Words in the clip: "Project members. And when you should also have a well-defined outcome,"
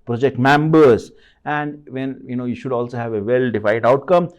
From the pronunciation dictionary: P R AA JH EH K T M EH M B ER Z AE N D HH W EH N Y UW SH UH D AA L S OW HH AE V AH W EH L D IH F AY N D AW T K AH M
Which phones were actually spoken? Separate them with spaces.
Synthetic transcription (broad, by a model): P R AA JH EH K T M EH M B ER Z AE N D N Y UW N Y UW SH UH D AA L S OW HH AE V AH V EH L D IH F AY D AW T K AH M